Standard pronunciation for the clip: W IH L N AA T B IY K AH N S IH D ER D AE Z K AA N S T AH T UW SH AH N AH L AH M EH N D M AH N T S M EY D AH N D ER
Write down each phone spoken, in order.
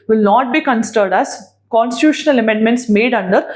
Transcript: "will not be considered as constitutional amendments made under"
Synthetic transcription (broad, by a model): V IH L N AA T B IY K AH N S IH D ER D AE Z K AA N S T AH T UW SH AH N AH L AH M EH N D M AH N T S M EY D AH N D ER